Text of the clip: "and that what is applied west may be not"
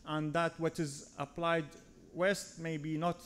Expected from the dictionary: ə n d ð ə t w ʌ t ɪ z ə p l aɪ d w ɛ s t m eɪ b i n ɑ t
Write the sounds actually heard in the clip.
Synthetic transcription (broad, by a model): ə n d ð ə t w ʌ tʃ ɪ z ə p l aɪ d w ɛ s t m eɪ b i n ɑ t